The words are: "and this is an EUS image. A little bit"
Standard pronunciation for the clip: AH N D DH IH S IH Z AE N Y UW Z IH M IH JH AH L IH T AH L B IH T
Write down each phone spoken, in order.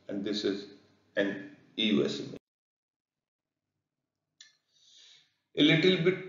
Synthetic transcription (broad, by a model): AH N D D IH S IH Z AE N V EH S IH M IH AH L IH T AH L B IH T